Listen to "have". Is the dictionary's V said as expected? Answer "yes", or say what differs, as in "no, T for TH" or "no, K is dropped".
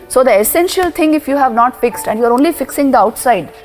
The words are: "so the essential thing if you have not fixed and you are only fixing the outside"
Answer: yes